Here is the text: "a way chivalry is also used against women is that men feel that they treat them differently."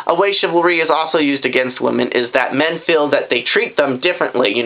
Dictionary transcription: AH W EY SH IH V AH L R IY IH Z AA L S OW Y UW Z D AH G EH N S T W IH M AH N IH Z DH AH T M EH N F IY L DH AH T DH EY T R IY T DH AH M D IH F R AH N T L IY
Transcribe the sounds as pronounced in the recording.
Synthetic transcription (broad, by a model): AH W EY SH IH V L R IY IH Z AA L S OW Y UW Z D AH G EH N S T W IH M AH N IH Z DH AH T M EH N F IY L DH AH T DH EY T R IY T DH AH M D IH F R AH N T L IY